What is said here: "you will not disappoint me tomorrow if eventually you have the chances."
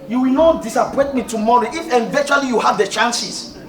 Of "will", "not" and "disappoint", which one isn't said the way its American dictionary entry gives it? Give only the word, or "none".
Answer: disappoint